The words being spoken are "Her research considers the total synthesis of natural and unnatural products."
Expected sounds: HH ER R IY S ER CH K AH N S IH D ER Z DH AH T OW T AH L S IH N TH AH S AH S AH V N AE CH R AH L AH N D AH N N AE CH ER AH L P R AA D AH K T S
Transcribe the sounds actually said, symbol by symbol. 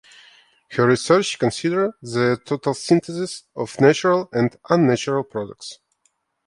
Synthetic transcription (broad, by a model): HH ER R IY S ER CH K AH N S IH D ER DH AH T OW T AH L S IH N T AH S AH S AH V N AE CH R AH L AH N D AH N N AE CH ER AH L P R AA D AH K T S